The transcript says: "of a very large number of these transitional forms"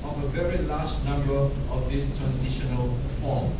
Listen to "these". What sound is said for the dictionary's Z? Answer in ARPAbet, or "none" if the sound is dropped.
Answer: S